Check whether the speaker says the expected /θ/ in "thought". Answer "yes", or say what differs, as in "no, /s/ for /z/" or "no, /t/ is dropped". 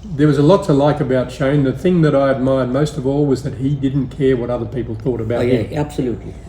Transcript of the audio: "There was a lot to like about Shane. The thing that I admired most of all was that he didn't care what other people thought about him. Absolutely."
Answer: yes